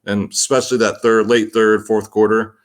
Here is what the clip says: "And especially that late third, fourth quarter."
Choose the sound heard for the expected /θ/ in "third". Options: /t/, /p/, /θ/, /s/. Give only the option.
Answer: /θ/